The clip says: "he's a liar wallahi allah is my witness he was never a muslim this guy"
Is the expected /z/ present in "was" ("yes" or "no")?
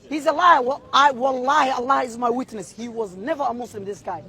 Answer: yes